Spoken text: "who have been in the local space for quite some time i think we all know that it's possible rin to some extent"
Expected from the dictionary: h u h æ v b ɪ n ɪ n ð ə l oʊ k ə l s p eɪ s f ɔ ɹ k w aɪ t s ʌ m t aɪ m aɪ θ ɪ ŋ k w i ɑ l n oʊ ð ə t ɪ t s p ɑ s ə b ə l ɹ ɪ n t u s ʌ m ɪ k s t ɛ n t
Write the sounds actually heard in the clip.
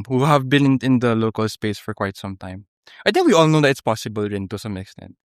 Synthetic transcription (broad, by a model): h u h æ v b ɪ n ɪ n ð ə l oʊ k ə l s p eɪ s f ɔ ɹ k w aɪ t s ʌ m t aɪ m aɪ t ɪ ŋ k w i ɑ l n oʊ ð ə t ɪ t s p ɑ s ə b ə l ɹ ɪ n t u s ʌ m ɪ k s t ɛ n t